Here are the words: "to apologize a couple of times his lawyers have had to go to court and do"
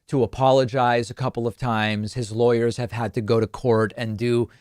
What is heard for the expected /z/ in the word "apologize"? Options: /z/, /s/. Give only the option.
/z/